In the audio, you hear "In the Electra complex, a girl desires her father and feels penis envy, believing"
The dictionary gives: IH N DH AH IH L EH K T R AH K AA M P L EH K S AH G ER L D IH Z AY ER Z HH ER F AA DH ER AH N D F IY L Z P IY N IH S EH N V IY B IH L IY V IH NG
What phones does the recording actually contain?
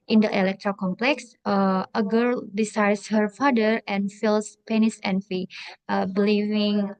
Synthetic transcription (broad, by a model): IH N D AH IH L EH K T R AH K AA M P L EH K S AH G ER L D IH S AY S HH ER F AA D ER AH N F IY L S P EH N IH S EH N F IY B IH L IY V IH NG